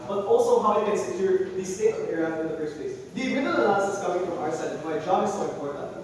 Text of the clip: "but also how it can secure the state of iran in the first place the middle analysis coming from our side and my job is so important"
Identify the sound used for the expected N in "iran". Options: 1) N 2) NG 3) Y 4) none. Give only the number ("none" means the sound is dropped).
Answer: 4